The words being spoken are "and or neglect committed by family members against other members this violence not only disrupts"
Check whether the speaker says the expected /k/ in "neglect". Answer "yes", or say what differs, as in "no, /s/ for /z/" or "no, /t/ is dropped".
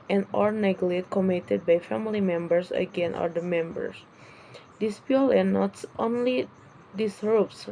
no, /k/ is dropped